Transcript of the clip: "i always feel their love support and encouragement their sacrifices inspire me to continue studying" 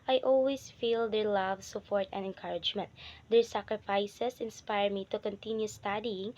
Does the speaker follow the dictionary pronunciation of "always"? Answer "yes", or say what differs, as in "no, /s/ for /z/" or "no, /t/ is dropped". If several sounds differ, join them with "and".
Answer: no, /s/ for /z/